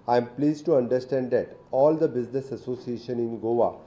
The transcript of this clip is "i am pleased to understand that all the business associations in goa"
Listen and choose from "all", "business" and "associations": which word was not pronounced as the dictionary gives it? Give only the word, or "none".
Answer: associations